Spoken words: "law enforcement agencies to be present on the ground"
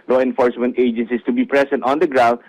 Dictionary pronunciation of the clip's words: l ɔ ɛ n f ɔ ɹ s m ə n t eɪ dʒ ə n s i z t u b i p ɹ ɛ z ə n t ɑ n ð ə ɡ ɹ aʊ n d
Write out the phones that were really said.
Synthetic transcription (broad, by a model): l ɔ ɛ n f ɔ ɹ s m ə n t eɪ dʒ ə n s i s t u b i p ɹ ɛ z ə n t ɑ n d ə ɡ ɹ aʊ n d